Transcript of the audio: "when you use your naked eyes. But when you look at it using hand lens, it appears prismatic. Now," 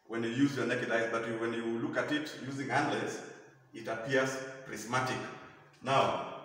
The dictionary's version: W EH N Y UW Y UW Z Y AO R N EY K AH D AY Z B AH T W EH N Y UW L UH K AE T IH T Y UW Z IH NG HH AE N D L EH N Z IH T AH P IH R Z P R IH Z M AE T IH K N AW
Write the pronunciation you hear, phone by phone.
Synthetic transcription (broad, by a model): W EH N Y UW Y UW Z Y AO R N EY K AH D AY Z B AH T W EH N Y UW L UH K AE T IH T Y UW Z IH NG HH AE N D L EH Z IH T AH P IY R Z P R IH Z M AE T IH K N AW